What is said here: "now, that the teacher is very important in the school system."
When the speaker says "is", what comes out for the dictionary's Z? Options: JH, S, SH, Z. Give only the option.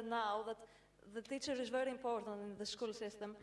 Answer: Z